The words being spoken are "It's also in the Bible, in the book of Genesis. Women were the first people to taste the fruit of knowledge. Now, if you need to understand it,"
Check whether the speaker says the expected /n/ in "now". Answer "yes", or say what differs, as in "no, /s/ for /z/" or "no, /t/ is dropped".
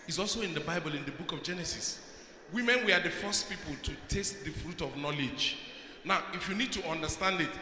yes